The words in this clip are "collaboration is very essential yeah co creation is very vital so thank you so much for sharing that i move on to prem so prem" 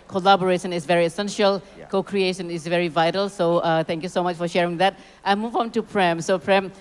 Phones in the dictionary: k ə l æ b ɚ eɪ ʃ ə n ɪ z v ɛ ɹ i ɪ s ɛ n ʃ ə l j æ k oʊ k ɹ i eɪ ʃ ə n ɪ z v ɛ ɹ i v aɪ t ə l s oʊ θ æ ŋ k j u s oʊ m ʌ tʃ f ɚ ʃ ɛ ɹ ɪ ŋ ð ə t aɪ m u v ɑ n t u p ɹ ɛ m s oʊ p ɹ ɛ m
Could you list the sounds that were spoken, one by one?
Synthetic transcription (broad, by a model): k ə l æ b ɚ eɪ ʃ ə n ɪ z v ɛ ɹ i ɪ s ɛ n ʃ ə l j k oʊ k ɹ i eɪ ʃ ə n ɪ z v ɛ ɹ i v aɪ t ə l s oʊ t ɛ ŋ k j u s oʊ m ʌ tʃ f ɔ ʃ ɛ ɹ ɪ ŋ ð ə t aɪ m u v ɑ n t u p ɹ ɛ m s oʊ p ɹ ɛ m